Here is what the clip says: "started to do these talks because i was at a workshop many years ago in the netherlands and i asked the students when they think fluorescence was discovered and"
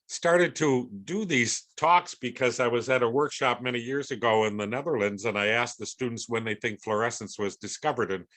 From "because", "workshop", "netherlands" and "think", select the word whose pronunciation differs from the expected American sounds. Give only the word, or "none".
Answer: none